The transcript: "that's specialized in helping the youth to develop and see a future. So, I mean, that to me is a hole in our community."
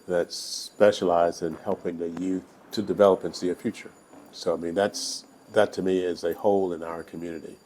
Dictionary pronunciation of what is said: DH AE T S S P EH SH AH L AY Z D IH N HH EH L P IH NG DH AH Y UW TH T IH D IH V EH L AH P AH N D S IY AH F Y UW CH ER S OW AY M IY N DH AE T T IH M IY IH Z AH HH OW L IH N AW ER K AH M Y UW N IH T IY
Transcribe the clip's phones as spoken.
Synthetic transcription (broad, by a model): DH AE T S S P EH SH AH L AY Z D IH N HH EH L P IH NG DH AH Y UW TH T IH D IH V EH L AH P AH N S IY AH F Y UW CH ER S OW AY M IY N DH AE T T IH M IY IH Z AH HH OW L IH N AW ER K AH M Y UW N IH T IY